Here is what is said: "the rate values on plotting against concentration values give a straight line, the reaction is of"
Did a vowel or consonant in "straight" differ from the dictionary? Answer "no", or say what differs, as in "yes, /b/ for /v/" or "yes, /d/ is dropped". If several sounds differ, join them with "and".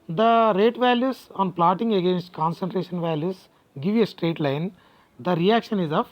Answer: no